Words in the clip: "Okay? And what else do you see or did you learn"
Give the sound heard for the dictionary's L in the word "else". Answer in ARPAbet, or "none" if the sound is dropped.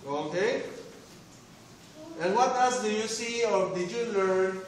none